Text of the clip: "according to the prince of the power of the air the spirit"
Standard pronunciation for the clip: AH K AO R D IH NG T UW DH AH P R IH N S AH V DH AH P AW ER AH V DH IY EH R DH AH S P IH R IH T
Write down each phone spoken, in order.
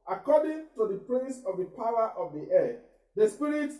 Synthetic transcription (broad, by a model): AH K AO D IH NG T UW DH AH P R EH S AH V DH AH P AW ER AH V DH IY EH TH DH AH S P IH R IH T